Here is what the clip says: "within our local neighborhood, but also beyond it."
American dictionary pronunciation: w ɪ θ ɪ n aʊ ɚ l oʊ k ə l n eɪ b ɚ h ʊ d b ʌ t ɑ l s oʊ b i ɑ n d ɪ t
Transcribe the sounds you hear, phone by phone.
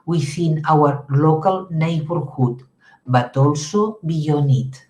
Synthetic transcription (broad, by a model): w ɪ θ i n aʊ ɚ l oʊ k ə l n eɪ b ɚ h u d b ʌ t ɑ l s oʊ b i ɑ n ɪ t